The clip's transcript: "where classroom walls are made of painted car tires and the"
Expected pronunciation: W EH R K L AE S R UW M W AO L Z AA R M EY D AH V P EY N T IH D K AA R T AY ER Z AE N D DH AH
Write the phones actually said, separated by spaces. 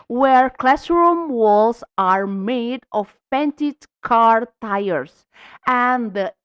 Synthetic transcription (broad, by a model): W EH R K L AE S R UW M W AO L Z AA R M EY D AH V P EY N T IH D K AA R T AY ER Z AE N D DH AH